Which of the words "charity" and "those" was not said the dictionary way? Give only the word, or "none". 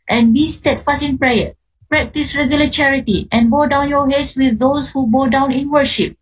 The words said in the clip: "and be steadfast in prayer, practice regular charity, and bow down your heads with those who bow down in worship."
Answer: those